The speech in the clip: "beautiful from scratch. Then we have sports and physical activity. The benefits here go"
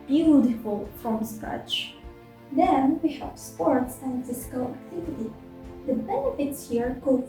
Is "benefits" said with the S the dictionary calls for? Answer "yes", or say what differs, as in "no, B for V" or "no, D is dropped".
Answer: yes